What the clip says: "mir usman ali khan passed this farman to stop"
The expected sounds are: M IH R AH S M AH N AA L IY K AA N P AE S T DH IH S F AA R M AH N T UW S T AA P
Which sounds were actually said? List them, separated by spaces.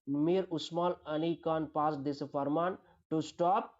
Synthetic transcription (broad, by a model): M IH R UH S M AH L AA N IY K AA N P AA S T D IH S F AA R M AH N T UW S T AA P